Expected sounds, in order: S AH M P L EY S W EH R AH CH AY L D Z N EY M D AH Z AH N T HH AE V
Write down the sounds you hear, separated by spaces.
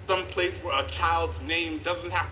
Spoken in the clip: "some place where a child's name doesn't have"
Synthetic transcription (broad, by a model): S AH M P L EY S W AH R AH CH AY L D Z N EY M D AH Z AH N T HH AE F